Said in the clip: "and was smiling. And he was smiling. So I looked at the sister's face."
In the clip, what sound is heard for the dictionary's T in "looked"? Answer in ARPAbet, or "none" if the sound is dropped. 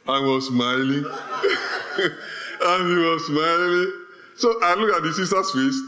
none